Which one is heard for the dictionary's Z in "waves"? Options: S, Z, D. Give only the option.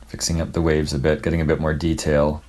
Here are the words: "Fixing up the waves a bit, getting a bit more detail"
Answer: Z